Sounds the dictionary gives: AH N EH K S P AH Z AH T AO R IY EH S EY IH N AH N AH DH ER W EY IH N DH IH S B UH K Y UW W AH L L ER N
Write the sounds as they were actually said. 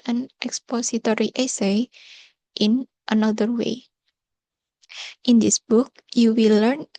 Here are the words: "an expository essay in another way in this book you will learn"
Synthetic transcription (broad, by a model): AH N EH K S P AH S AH T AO R IY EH S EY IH N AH N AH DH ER W EY IH N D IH S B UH K Y UW W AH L L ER N